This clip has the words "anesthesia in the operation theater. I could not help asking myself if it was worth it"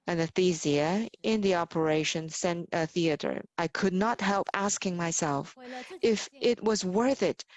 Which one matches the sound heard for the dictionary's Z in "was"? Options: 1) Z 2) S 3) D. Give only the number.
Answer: 1